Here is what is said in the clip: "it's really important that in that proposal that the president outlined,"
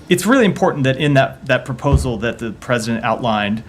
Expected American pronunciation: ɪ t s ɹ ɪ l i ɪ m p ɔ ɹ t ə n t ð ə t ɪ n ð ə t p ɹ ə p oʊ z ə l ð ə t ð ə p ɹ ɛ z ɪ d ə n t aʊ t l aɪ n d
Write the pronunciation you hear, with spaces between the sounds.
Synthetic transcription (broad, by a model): ɪ t s ɹ ɪ l i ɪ m p ɔ ɹ t n ð ə t ɪ n ð ə t p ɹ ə p oʊ z l ð ə t ð ə p ɹ ɛ z ɪ d ə n t aʊ t l aɪ n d